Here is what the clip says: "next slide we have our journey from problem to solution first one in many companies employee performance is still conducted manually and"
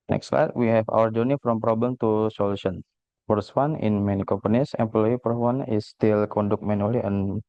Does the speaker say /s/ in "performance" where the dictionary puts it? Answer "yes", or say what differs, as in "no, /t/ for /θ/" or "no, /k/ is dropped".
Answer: no, /s/ is dropped